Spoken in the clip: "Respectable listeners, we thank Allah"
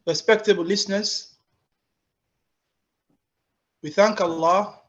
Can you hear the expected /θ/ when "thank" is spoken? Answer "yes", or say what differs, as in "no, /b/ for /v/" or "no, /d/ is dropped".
yes